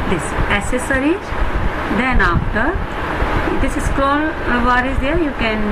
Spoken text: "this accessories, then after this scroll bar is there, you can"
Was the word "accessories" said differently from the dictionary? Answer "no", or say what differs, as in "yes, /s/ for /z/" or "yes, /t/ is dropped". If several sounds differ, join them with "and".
yes, /k/ is dropped